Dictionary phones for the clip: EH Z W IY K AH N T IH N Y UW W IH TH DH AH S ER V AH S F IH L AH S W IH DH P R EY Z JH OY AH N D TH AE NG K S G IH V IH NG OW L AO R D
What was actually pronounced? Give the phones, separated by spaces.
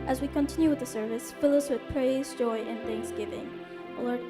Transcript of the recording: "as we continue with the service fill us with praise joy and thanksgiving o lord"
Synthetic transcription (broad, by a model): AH Z W IY K AH N T IH N Y UW W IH DH AH S ER V AH S F IH L AH S W IH DH P R EY Z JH OY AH N TH AE NG K S G IH V IH NG OW L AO R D